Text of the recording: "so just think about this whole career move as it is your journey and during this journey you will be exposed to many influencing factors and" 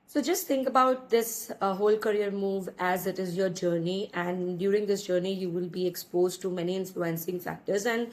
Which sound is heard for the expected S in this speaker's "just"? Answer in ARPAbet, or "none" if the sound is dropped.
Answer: S